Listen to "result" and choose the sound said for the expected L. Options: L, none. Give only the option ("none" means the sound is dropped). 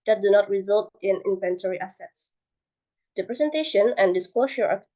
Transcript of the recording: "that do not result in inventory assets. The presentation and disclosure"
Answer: L